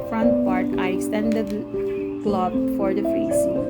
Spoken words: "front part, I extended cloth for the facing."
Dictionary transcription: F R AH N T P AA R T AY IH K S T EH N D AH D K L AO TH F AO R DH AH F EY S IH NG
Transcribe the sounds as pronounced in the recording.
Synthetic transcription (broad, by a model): F R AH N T P AA R T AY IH S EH N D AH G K L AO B F AO R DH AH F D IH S